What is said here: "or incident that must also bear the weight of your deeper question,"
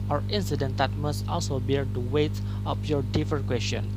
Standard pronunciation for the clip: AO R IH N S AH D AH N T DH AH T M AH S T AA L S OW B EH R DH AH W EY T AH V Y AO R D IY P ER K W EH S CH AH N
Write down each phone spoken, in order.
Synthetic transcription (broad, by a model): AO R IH N S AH D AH N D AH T M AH S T AA L S OW B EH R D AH W EY T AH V Y AO R D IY F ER K W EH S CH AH N